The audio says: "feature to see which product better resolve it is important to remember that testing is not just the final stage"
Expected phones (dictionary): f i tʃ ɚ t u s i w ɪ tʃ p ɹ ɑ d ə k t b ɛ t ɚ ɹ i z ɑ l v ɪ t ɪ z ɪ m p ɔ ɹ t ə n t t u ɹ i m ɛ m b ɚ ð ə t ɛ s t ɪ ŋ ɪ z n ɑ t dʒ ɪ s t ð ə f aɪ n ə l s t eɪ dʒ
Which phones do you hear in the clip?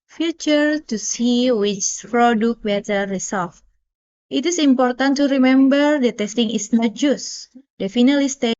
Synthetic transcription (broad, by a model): f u tʃ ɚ t u s i w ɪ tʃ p ɹ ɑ d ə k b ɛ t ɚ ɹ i s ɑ l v ɪ t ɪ s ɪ m p ɔ ɹ t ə n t t u ɹ i m ɛ m b ɚ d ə t ɛ s t ɪ ŋ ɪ s n ɑ t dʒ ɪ s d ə f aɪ n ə l s t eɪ